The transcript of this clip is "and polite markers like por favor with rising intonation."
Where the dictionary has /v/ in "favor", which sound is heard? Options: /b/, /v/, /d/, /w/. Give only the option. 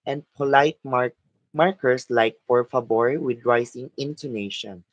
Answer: /b/